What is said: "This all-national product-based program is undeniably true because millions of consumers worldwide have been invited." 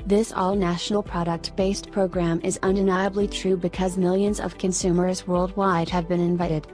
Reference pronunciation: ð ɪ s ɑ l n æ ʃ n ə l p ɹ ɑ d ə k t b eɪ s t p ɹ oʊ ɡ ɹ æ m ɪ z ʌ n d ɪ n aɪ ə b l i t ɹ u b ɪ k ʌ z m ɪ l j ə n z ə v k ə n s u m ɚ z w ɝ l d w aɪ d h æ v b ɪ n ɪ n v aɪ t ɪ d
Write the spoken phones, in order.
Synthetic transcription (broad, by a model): ð ɪ s ɑ l n æ ʃ n l p ɹ ɑ d ə k t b eɪ s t p ɹ oʊ ɡ ɹ æ m ɪ z ʌ n d ɪ n aɪ ə b l i t ɹ u b ɪ k ʌ z m ɪ l j ə n z ə v k ə n s u m ɚ z w ɝ l d w aɪ d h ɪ v b ɪ n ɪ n v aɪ t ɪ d